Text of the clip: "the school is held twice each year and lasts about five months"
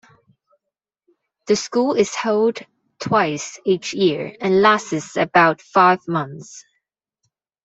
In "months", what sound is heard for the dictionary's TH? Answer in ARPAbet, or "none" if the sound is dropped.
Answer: TH